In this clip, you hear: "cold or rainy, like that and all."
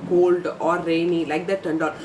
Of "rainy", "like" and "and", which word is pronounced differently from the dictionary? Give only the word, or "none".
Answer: none